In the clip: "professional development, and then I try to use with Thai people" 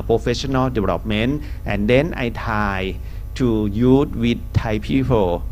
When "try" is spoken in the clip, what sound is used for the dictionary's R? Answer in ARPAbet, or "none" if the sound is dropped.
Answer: none